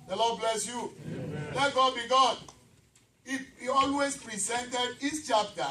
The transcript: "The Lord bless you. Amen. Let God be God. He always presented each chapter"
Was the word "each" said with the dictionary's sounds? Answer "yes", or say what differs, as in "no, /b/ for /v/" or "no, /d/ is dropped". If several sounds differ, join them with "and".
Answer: no, /s/ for /tʃ/